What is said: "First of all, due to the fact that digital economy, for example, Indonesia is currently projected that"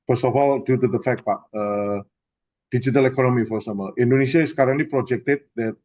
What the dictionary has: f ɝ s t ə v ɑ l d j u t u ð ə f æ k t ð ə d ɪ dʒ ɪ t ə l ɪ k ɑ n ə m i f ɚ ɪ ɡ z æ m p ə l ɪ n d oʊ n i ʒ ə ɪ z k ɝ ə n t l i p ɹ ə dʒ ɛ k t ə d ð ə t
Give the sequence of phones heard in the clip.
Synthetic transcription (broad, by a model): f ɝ s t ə f ɑ l d j u t u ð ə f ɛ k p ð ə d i dʒ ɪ t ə l ɪ k ɑ n ə m i f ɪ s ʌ m ə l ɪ n d oʊ n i s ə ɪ s k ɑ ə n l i p ɹ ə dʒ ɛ k t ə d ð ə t